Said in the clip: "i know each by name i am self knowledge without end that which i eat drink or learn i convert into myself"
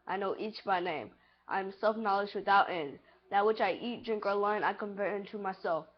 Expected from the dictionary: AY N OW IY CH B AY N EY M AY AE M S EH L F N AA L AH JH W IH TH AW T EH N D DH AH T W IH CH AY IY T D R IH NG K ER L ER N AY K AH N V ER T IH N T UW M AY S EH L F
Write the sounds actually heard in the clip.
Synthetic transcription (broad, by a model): AY N OW IY CH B AY N EY M AY M S EH L F N AA L AH JH W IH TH AW T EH N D DH AH T W IH CH AY IY T D R IH NG K ER L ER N AY K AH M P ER IH N T UW M AY S EH L F